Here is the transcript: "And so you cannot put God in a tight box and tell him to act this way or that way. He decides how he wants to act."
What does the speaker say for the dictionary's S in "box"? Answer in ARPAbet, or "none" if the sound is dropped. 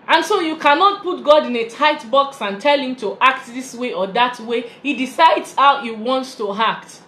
S